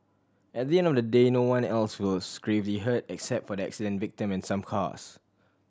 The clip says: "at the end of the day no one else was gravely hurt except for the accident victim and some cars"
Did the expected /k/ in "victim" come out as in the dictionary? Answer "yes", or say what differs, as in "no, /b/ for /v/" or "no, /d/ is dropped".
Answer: yes